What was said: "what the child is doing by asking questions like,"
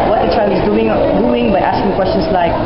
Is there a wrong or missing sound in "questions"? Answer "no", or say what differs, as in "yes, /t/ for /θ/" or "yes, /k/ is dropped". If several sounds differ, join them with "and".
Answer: yes, /s/ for /z/